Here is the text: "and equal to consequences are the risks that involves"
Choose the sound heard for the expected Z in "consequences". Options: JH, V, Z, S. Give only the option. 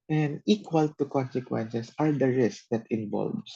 S